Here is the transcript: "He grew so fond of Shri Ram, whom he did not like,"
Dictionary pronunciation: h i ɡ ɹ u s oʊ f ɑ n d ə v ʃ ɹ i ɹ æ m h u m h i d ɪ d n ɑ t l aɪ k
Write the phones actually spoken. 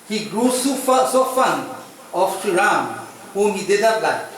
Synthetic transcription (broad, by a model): h i ɡ ɹ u s oʊ f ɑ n ə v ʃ i ɹ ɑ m h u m h i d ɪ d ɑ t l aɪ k